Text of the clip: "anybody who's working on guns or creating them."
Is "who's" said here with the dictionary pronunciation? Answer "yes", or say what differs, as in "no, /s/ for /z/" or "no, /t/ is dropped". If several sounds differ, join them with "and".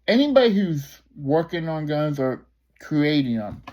yes